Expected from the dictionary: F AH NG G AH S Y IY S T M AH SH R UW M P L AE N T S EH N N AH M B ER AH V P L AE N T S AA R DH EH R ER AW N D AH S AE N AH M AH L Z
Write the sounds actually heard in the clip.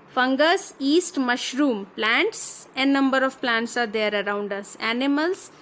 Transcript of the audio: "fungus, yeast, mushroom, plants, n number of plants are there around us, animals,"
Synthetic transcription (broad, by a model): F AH NG G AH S IY S T M AH SH R UW M P L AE N T S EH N N AH M B ER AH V P L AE N T S AA R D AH R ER AW N D AH S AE N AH M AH L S